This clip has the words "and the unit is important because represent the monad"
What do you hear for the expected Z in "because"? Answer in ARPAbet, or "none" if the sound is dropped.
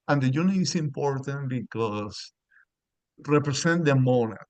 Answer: S